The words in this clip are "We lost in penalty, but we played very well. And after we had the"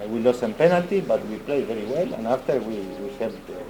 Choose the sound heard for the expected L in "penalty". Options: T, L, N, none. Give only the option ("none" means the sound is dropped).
L